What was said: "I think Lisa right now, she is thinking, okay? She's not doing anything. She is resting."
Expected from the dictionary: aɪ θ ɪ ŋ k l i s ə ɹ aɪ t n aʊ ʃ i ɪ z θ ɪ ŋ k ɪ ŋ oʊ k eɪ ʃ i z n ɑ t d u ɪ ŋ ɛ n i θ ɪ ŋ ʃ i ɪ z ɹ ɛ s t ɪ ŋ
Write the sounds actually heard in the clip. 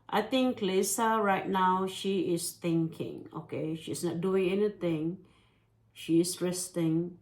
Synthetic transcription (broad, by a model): aɪ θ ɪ ŋ k l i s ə ɹ aɪ t n aʊ ʃ i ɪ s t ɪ ŋ k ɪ ŋ oʊ k eɪ ʃ i s n ɑ t d u ɪ ŋ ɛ n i t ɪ ŋ ʃ i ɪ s ɹ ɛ s t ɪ ŋ